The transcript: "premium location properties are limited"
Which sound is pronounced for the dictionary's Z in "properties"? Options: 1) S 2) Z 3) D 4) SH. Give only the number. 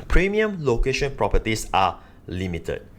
1